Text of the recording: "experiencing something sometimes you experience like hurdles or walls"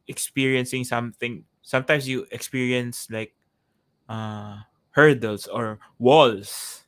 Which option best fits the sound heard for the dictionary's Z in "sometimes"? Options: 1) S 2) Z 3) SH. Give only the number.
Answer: 1